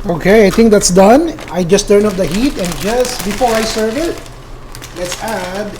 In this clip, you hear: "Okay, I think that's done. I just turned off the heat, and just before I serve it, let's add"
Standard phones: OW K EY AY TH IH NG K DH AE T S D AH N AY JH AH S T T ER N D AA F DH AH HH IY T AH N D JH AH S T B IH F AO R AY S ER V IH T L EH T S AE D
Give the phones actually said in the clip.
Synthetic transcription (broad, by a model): OW K EY AY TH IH NG K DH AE T S D AH N AY JH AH S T T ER N AA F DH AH HH IY T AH N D JH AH S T B IH F AO R AY S ER V IH T L EH T S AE D